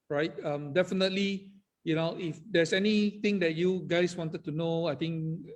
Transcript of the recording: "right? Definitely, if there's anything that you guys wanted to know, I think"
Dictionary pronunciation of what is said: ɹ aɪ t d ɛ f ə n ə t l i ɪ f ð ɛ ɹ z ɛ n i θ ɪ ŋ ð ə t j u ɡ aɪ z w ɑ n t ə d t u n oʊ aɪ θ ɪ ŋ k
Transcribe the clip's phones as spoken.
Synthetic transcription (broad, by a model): ɹ aɪ t d ɛ f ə n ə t l i ɪ f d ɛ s ɛ n i t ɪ ŋ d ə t j u ɡ aɪ s w ɑ n t ə d t u n oʊ aɪ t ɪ ŋ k